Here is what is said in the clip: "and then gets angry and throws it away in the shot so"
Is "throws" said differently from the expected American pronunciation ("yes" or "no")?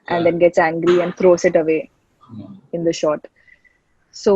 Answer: yes